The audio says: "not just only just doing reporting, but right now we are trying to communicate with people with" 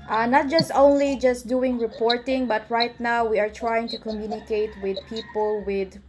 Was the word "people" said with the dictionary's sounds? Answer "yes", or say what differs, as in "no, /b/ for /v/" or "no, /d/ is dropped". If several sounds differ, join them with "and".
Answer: yes